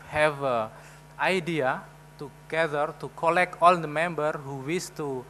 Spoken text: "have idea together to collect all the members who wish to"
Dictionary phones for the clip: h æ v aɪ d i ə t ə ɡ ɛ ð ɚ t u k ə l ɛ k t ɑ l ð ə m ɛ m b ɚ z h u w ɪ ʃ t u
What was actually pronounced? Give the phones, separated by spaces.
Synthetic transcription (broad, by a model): h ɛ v aɪ d i ə t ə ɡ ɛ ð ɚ t u k ə l ɛ k t ɑ l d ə m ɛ m b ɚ h u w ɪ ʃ t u